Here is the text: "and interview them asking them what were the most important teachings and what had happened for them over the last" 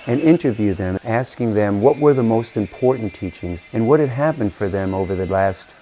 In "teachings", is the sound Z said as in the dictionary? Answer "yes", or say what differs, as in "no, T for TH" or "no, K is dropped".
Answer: yes